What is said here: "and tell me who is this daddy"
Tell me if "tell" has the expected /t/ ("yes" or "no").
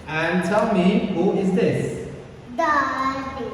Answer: no